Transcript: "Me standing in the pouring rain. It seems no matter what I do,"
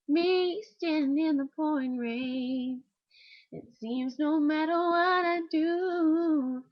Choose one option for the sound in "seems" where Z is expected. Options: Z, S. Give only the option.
Z